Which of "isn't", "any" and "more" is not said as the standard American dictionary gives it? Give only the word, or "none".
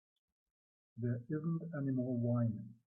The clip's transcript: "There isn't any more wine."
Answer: more